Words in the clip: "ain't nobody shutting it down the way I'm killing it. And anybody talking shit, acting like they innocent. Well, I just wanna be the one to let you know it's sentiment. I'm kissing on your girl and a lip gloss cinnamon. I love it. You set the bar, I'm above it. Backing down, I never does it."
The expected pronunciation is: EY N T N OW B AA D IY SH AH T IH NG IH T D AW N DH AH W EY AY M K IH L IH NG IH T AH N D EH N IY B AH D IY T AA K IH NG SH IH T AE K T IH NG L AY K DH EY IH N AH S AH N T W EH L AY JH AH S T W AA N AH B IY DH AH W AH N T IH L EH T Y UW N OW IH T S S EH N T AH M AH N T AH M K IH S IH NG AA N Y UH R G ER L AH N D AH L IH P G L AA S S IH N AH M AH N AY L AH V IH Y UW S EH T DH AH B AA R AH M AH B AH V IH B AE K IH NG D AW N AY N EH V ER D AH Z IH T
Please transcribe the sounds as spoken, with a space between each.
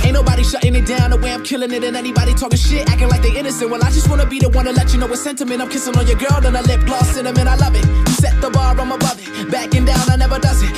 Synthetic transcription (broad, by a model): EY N N OW B AA D IY SH AH T IH NG IH T D AW N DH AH W EY AY M K IH L IH NG IH T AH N EH N IY B AH D IY T AA K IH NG SH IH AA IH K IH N L AY K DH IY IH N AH S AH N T W EH L AY JH AH S T W AA N AH B IY DH AH W AH N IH L EH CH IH N OW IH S S EH N T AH M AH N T AH M K IH S IH NG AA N Y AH R G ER L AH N AH L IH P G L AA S S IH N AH M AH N AY L AH V IH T S EH T DH AH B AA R AH M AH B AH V IH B AE K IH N D AW N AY N EH V ER D AH Z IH T